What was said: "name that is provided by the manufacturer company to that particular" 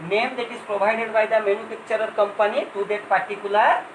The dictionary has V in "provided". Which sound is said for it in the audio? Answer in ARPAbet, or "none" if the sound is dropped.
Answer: B